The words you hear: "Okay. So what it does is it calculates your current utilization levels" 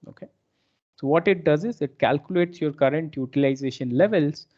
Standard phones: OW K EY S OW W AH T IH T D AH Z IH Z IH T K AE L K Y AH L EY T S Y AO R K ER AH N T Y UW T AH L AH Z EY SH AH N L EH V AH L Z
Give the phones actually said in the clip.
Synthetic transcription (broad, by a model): OW K EY S OW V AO T IH T D AH Z IH Z IH T K AE L K Y AH L EY T S Y AO R K ER AH N T Y UW T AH L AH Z EY SH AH N L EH V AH L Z